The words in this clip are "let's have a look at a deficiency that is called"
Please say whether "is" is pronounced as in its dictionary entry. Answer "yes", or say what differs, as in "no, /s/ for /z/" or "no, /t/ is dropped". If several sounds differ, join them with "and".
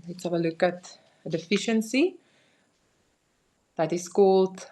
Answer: no, /s/ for /z/